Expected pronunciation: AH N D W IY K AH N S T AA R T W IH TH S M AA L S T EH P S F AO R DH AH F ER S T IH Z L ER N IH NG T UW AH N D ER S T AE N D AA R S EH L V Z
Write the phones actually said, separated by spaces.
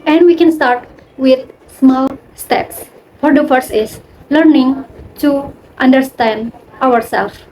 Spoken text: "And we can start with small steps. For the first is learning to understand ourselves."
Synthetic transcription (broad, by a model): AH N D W IY K AH N S T AA R T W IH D S M AA L S T EH P S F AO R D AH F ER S IH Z L ER N IH NG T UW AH N D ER S T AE N D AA R S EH L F